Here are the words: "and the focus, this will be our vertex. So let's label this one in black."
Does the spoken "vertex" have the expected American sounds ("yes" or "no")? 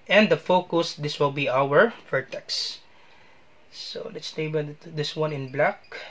no